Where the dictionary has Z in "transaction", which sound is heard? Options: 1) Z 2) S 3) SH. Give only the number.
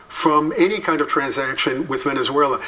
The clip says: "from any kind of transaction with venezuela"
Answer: 1